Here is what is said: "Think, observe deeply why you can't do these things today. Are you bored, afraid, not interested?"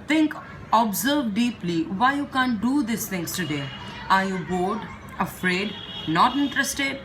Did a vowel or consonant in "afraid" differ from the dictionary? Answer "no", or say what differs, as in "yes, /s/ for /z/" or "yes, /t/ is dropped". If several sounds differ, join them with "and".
no